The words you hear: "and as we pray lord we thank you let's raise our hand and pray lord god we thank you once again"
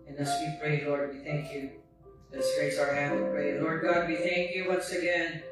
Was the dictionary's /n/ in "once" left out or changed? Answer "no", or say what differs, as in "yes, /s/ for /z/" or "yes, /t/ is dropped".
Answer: no